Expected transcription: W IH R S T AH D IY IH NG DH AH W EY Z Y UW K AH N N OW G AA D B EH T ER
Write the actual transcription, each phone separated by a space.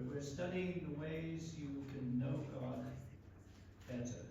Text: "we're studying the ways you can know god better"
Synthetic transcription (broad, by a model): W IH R S T AH D IY IH NG DH AH W EY Z Y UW K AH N N OW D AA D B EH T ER